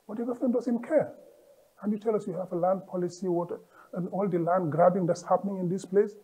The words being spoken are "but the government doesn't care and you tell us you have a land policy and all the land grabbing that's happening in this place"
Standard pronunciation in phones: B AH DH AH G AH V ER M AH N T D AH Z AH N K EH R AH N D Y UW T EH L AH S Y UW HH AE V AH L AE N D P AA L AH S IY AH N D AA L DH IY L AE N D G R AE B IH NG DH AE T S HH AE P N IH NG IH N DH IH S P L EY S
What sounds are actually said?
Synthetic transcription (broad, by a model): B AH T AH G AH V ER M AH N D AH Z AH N K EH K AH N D Y UW T EH L AH S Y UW HH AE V AH L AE N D P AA L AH S IY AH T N AA L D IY L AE N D G R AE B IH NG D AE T S HH AE P N IH NG IH N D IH S P L EY S